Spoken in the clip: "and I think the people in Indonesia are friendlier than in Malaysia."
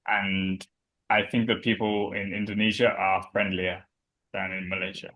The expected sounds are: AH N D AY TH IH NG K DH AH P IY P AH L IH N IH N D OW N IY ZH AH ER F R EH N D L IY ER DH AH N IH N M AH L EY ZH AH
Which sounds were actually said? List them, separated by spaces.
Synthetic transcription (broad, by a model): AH N AY TH IH NG K DH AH P IY P AH L IH N IH N D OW N IY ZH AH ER F R EH N D L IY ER DH AH N IH N M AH L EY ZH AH